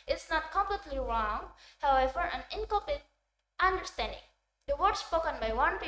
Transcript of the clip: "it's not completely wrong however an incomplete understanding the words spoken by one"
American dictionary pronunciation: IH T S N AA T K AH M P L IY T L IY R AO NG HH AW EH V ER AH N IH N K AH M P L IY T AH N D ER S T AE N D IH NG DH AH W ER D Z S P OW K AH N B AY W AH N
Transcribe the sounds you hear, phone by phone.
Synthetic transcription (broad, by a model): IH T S N AA T K AH M P L IY T L IY R AO NG HH AW EH V ER AH N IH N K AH P IY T AH N D ER S T AE N D IH NG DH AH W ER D S P OW K AH N B AY W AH N